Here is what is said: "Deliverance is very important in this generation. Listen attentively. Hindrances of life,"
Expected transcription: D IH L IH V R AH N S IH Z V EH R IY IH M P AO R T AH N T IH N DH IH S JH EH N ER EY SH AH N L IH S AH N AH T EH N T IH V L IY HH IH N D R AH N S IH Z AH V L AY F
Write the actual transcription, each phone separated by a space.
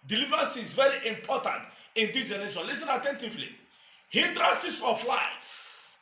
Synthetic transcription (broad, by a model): D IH L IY V R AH N S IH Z V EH R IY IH M P AO T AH N T IH N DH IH JH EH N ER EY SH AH L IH S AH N AH T EH N T IH V L IY HH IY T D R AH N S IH S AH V L AY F